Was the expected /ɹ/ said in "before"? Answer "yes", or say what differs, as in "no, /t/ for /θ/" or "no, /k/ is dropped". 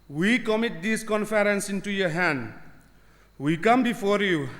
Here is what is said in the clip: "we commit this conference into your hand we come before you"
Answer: yes